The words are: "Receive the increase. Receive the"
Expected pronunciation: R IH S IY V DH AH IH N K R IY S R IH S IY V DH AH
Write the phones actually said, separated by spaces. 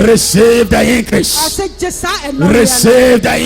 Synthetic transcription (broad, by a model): R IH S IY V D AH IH K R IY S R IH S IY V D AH